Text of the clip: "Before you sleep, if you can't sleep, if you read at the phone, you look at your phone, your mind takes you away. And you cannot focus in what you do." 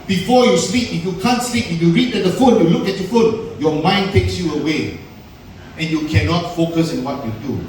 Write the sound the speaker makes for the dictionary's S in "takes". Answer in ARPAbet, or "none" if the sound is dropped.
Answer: S